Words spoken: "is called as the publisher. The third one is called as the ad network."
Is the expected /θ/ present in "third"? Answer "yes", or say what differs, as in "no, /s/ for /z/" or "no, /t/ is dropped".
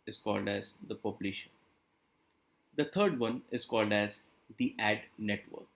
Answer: no, /t/ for /θ/